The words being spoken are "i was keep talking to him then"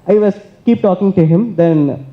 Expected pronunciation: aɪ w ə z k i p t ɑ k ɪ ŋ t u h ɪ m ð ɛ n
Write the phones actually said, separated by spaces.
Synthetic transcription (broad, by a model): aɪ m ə s k i p t ɑ k ɪ ŋ t u h ɪ m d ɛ n